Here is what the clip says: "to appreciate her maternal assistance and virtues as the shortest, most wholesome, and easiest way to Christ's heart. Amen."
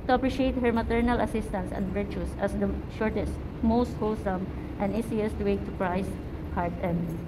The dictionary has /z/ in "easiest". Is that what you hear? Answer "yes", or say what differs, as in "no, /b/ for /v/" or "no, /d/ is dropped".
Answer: no, /s/ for /z/